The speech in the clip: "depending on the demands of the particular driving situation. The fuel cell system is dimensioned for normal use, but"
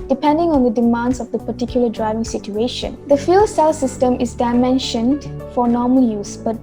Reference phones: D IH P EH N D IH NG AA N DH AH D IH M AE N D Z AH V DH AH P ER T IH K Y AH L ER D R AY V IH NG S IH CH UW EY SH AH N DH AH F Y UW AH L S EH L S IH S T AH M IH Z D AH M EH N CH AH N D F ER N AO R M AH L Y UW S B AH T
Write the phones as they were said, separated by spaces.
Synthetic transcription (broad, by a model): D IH P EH N D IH NG AA N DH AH D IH M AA N D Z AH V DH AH P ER T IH K Y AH L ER D R AY V IH NG S IH CH UW EY SH AH N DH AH F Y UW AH L S EH L S IH S T AH M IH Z D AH M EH N SH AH N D F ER N AO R M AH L Y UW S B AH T